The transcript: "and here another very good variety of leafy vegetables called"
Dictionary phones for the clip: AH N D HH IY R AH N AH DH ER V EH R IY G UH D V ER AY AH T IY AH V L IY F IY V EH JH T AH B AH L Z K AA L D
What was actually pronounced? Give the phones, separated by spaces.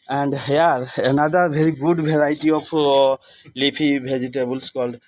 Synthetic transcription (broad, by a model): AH N D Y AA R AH N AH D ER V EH R IY G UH D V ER AY T IY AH P L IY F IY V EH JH T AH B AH L S K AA L D